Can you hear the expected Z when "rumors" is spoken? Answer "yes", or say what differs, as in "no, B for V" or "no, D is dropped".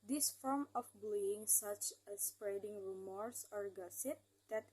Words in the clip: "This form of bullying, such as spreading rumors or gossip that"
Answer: no, S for Z